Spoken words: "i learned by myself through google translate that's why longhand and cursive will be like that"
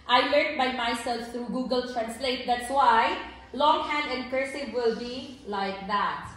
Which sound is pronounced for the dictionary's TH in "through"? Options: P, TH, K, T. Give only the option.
T